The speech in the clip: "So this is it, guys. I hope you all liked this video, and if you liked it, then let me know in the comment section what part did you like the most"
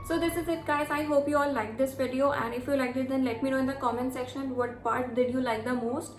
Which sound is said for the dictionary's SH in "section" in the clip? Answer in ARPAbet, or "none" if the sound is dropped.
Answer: SH